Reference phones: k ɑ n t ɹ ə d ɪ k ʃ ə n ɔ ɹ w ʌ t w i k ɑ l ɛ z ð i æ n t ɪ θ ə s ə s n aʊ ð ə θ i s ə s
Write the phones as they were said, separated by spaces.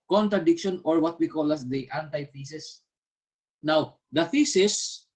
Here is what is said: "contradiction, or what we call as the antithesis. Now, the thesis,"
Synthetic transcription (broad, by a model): k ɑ n t ɹ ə d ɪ k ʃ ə n ɔ ɹ w ʌ t w i k ɑ l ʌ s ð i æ n t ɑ f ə s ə s n aʊ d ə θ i s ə s